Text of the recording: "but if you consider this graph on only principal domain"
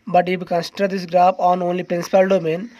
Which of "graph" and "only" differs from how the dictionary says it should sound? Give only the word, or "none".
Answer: graph